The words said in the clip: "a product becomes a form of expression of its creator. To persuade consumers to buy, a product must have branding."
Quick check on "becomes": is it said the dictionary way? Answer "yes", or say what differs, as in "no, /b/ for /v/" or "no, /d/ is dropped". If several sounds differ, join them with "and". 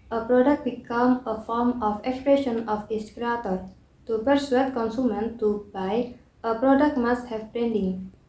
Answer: no, /z/ is dropped